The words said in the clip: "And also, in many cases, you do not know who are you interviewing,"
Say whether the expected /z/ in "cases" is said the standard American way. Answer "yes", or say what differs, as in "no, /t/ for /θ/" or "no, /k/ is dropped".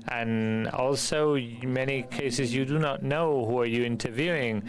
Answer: yes